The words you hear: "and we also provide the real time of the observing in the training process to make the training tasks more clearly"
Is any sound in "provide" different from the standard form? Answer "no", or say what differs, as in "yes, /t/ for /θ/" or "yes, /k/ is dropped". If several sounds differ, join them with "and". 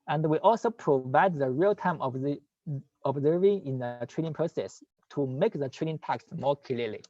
no